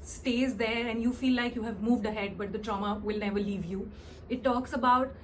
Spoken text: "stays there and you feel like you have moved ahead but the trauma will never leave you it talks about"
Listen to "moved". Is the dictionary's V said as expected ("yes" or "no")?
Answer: yes